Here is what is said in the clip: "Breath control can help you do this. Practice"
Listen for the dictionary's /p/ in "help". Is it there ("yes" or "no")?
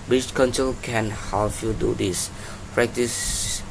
no